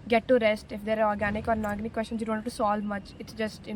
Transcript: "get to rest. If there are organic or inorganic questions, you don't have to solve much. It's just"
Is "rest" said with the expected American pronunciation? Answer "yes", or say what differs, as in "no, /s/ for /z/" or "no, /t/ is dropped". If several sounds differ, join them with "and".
yes